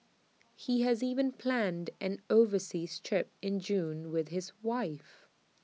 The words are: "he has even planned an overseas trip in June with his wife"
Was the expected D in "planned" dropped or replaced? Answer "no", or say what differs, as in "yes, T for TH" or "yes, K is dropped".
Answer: no